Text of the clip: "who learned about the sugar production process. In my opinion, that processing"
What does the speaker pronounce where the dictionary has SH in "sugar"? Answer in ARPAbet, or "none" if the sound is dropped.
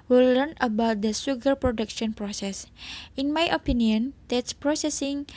S